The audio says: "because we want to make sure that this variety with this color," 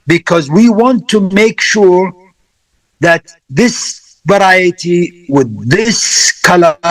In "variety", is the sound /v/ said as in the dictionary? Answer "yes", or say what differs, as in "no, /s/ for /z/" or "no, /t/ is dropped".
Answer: yes